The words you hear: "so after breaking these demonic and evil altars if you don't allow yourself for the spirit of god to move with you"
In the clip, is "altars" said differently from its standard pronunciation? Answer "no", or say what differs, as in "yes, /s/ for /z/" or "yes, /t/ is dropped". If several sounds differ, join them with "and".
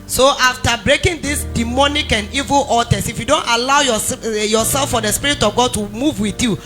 yes, /l/ is dropped and /s/ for /z/